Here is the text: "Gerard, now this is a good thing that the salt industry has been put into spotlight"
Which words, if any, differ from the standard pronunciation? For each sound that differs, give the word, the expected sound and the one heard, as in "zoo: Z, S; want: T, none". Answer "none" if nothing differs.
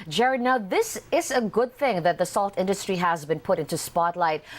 none